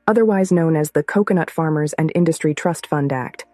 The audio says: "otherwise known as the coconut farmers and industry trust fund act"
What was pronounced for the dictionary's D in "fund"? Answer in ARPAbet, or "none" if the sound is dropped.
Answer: D